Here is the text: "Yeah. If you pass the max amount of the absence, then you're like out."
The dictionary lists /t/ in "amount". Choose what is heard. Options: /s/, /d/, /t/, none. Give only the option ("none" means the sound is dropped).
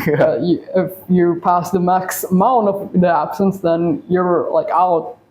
none